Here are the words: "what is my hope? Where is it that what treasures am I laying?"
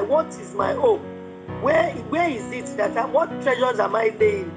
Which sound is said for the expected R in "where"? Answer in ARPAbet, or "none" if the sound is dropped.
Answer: W